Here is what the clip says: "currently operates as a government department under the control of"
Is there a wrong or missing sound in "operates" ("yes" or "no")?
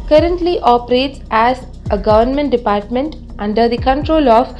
no